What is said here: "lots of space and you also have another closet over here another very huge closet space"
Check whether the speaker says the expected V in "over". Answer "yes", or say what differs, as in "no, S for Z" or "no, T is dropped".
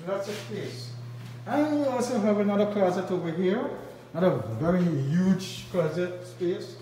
no, V is dropped